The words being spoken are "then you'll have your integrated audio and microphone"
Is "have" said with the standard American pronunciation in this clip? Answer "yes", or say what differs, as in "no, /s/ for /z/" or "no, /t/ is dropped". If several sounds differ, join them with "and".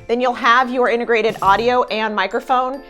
yes